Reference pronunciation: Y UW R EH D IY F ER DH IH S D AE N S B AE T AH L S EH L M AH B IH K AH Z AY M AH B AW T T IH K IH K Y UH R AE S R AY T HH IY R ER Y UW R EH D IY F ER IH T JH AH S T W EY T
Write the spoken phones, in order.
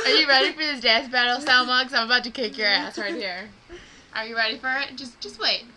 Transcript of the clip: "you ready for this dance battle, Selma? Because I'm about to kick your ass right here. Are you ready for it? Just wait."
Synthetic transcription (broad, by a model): Y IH R EH D IY F ER DH IH S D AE S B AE T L S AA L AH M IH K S AY M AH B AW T T IH K IH K Y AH R AE S R AY T HH IY R ER Y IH R EH D IY F ER IH T JH AH S T W EY T